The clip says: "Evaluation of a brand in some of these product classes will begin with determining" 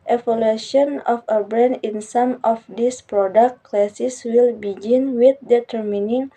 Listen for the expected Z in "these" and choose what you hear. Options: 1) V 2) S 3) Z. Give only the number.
2